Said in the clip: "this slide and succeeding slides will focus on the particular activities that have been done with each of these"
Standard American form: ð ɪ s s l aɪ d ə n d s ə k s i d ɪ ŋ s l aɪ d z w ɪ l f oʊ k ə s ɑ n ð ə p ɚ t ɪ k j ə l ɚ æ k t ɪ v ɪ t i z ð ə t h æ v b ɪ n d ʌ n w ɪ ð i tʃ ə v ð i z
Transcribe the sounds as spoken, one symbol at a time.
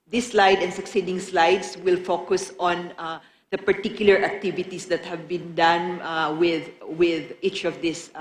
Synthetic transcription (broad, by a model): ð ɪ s s l aɪ d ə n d s ə k s i d ɪ ŋ s l aɪ d s w ɪ l f oʊ k ə s ɑ n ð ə p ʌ t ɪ k j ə l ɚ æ k t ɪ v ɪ t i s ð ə t h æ v b ɪ n d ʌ n w ɪ ð i tʃ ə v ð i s